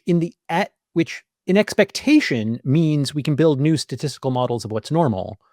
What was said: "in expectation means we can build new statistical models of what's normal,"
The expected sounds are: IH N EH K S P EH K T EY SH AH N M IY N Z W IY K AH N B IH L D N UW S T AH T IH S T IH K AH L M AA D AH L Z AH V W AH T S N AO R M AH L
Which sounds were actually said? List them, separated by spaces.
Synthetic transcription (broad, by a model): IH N EH K S P EH K T EY SH AH N M IY N Z W IY K N B IH L D N UW S T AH T IH S T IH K L M AA D L Z AH V W AH T S N AO R M L